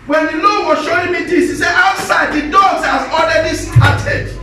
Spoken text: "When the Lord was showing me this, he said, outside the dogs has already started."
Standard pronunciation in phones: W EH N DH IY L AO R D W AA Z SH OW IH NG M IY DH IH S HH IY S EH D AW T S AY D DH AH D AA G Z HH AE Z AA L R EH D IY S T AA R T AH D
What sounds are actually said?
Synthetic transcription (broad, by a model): W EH N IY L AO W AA SH OW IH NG M IY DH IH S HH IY S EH AW T S AY D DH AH D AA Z HH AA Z AA L R EH D IY S T AA T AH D